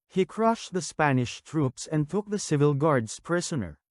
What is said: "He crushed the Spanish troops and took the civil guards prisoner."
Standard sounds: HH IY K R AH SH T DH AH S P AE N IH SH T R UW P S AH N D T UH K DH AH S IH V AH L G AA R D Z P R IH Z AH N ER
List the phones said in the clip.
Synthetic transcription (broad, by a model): HH IY K R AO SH T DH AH S P AE N IH SH T R UW P S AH N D T UH K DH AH S IH V AH L G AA R D S P R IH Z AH N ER